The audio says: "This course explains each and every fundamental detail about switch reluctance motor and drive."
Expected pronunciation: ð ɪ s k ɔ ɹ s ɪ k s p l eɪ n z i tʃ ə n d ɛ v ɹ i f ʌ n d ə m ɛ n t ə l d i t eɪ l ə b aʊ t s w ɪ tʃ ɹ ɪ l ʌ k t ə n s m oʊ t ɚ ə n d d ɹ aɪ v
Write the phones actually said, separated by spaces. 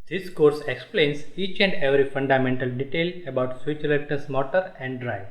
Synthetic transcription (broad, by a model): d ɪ s k ɔ ɹ s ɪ k s p l eɪ n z i tʃ ə n d ɛ v ɹ i f ʌ n d ə m ɛ n t ə l d i t eɪ l ə b aʊ t s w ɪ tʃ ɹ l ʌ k t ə s m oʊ t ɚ ə n d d ɹ aɪ